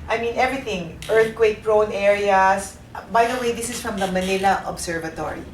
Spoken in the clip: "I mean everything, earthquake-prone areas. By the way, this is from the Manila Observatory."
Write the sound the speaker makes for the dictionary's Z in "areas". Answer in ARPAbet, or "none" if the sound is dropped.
S